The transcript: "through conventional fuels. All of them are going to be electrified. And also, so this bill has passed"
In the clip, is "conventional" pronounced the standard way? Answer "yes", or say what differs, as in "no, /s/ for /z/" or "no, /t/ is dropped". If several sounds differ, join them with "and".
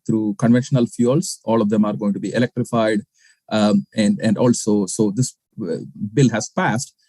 yes